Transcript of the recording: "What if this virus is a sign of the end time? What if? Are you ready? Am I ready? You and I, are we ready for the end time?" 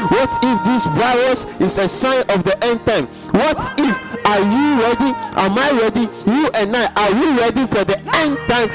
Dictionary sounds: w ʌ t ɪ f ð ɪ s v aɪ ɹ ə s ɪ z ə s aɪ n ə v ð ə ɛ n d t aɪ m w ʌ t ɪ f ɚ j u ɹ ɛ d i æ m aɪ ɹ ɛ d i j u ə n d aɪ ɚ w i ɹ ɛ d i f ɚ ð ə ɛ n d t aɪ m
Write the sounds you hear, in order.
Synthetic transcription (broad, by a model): w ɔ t ɪ f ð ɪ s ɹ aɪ w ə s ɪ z ə s aɪ n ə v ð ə ɛ n d t aɪ m w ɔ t ɪ f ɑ j u ɹ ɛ d i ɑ m aɪ ɹ ɛ d i j u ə n aɪ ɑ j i ɹ ɛ d i f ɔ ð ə ɛ n d t aɪ m